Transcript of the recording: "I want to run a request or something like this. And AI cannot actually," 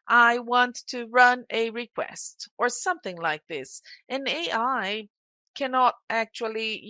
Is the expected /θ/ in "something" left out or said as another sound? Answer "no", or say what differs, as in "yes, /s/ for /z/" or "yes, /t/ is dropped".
no